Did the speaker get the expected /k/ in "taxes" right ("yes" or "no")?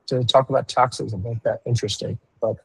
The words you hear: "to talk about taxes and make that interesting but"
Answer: yes